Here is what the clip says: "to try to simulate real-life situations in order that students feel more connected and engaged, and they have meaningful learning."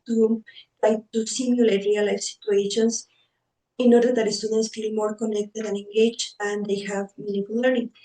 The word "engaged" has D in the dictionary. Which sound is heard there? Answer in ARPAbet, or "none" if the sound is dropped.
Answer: none